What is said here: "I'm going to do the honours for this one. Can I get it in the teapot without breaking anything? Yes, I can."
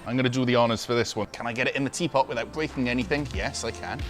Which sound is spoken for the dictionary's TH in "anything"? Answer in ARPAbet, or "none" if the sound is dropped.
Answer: TH